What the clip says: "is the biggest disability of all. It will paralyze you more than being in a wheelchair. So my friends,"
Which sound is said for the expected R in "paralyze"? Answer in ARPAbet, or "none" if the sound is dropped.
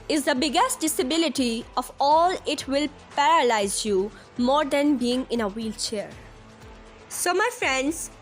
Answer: R